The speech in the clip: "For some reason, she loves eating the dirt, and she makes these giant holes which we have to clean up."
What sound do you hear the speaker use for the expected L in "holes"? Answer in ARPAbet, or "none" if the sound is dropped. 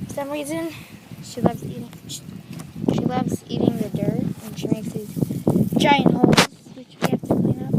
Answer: none